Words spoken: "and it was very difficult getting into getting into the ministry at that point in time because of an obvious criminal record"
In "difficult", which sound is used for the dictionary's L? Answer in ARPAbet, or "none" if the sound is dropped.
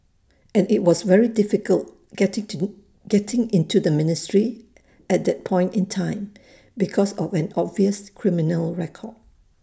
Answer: L